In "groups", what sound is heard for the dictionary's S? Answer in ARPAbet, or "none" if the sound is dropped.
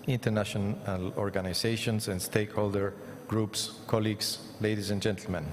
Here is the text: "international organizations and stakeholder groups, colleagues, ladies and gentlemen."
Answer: S